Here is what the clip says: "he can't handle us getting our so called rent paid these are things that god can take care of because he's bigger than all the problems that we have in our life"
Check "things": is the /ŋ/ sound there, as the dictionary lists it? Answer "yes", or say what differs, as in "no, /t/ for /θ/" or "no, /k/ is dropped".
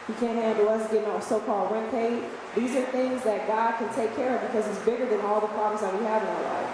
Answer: yes